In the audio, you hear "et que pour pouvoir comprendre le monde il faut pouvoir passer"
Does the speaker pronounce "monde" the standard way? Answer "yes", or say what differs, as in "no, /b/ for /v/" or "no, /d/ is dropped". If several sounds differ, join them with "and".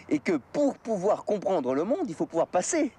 no, /n/ is dropped